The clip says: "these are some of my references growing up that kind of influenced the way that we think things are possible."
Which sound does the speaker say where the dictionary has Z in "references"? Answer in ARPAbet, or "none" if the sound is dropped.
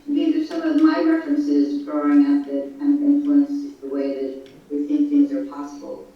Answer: Z